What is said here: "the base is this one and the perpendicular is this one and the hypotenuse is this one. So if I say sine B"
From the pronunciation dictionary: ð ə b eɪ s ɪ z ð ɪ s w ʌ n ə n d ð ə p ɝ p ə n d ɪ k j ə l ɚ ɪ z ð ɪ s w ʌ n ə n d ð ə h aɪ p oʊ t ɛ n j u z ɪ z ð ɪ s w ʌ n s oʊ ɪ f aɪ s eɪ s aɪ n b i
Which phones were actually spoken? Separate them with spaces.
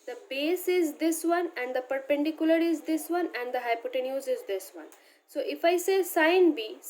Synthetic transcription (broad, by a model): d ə b eɪ s ɪ z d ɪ s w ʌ n ə n d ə p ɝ p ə n d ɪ k j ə l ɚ ɪ z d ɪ s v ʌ n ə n d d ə h aɪ p oʊ t ɛ n j u z ɪ z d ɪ s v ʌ n s oʊ ɪ f aɪ s eɪ s aɪ n b i